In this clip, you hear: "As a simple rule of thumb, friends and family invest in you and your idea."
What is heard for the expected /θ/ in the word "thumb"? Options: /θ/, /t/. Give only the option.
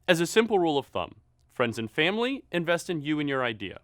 /θ/